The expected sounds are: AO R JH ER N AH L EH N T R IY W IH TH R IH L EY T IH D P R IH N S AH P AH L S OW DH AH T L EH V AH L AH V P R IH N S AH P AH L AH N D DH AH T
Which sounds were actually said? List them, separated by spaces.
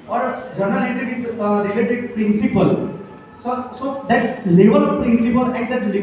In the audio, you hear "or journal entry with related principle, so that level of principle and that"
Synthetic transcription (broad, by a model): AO R JH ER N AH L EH T IY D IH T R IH L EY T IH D P R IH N S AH P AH L S OW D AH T L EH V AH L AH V P R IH N S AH P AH L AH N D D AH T